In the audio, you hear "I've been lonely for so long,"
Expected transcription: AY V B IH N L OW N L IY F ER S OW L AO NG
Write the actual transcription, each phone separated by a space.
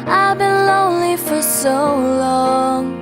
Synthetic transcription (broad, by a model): AY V B IH N L OW N L IY F ER S OW L AO NG